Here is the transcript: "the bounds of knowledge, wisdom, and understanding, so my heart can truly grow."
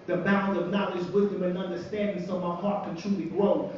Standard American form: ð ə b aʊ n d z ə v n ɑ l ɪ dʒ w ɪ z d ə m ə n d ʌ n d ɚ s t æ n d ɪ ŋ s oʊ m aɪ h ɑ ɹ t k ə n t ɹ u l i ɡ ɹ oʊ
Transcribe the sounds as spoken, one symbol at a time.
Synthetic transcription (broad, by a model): ð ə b aʊ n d ə v n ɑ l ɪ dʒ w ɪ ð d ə m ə n ʌ n d ɚ s t æ n d ɪ ŋ s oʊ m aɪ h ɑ ɹ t k ə n t ɹ u l i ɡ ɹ oʊ